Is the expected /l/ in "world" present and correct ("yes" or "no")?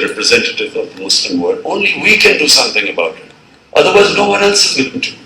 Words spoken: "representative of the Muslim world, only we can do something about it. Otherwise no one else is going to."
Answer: no